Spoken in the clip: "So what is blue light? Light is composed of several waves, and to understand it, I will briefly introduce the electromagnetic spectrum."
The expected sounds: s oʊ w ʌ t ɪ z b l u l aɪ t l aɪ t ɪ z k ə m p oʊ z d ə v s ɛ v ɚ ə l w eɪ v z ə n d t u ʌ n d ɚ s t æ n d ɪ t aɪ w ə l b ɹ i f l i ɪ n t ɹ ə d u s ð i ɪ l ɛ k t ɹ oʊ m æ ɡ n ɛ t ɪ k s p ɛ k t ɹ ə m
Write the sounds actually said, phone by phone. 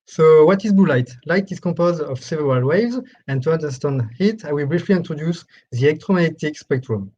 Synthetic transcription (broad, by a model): s oʊ w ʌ t ɪ z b u l aɪ t l aɪ t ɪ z k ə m p oʊ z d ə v s ɛ v ɚ ə l w eɪ v z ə n t u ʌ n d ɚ s t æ n d ɪ t aɪ w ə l b ɹ i f l i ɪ n t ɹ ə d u s ð i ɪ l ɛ k t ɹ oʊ m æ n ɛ t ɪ k s p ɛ k t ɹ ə m